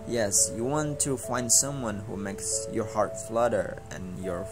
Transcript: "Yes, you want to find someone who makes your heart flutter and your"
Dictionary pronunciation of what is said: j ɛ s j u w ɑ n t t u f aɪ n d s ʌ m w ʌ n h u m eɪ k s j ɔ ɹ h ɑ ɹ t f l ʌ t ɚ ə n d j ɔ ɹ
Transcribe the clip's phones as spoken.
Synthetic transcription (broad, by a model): j ɛ s j u w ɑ n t t u f aɪ n d s ʌ m w ʌ n h u m eɪ k s j ɔ ɹ h ɑ ɹ t f l ʌ t ɚ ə n j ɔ ɹ